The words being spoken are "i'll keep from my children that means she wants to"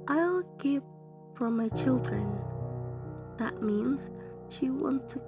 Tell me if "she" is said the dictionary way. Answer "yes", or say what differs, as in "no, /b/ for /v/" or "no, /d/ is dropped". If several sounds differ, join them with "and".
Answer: yes